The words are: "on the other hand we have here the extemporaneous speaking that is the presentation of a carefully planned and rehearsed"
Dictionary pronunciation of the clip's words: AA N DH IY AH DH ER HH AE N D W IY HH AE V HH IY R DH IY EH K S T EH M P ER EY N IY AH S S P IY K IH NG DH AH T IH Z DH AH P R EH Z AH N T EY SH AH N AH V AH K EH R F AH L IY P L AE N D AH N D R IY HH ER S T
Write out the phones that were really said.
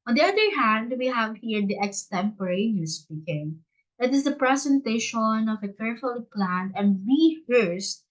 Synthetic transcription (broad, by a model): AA N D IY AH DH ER HH AE N D W IY HH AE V HH IY R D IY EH K S T EH M P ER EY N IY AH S S P IY K IH NG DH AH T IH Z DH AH P R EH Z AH N T EY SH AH N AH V AH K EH R F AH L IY P L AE N AH N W IY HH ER S T